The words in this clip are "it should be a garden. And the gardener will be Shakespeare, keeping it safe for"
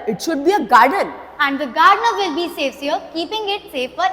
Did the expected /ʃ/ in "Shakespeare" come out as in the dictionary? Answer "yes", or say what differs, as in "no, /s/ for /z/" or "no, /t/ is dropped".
no, /s/ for /ʃ/